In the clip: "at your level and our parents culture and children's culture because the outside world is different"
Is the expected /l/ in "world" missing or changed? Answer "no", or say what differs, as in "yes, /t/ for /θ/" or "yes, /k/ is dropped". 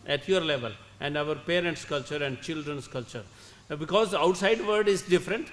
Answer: yes, /l/ is dropped